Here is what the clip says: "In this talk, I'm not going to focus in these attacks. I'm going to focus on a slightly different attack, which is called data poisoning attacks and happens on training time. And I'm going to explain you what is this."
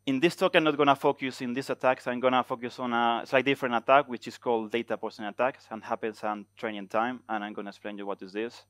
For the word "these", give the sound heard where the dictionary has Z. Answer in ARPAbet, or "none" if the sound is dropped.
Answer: S